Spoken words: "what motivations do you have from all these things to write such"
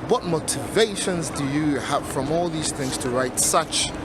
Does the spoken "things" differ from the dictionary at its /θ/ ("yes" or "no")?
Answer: no